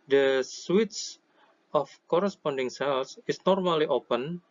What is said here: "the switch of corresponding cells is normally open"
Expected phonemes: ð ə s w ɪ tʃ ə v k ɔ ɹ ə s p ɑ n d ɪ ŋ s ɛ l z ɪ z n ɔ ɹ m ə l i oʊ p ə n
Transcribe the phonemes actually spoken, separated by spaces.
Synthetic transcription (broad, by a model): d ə s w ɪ s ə f k ɔ ɹ ə s p ɑ n d ɪ ŋ s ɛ l s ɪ s n ɔ ɹ m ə l i oʊ p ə n